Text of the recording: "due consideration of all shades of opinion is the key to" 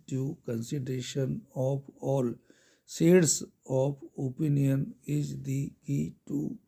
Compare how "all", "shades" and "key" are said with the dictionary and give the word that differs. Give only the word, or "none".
shades